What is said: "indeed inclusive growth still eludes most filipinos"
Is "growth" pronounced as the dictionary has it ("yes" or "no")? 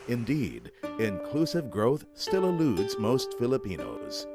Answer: yes